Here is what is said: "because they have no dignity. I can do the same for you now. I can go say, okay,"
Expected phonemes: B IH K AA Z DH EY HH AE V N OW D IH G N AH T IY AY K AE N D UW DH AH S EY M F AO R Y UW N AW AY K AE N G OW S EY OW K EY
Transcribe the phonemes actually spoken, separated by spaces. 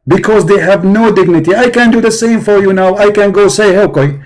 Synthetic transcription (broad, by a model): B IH K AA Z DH EY HH AE V N OW D IH G N AH T IY AY K AE N D UW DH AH S EY M F AO R Y UW N AW AY K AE N G OW S EY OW K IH